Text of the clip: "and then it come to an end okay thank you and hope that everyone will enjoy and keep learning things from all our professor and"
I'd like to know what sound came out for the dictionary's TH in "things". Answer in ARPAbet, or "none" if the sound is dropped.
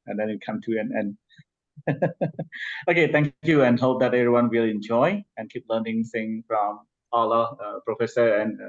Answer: S